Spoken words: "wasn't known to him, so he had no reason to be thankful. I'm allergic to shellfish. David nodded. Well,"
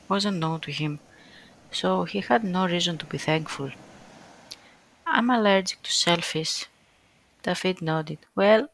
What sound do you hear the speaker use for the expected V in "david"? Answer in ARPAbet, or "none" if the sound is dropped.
F